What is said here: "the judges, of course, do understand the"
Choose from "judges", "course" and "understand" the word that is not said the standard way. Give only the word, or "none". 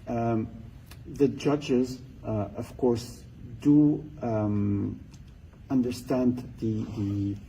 none